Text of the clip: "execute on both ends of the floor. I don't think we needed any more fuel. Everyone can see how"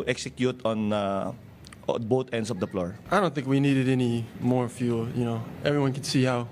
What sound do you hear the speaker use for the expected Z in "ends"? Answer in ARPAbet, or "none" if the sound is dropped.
S